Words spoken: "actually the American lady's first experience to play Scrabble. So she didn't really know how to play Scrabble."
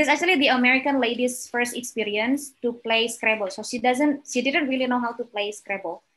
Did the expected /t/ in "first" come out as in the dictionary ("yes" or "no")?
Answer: yes